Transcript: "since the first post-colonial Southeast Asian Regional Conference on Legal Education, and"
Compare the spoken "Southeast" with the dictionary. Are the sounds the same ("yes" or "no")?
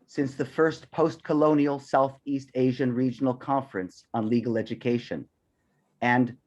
yes